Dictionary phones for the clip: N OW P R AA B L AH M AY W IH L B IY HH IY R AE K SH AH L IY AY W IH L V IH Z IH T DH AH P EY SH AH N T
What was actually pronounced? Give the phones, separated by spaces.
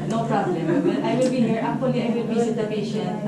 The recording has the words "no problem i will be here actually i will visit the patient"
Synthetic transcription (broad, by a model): N OW P R AA B L AH M AY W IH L B IY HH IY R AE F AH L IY AY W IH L B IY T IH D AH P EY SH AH N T